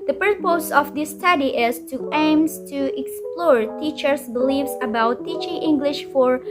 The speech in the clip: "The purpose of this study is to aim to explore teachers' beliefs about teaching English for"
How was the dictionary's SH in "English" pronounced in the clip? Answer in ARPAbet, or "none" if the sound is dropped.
SH